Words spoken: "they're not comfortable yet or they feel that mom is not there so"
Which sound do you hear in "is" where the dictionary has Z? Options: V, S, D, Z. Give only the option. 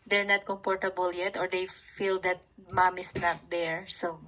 S